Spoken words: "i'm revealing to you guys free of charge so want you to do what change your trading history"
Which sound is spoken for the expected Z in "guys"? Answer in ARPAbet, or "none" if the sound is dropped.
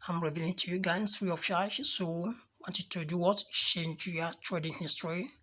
S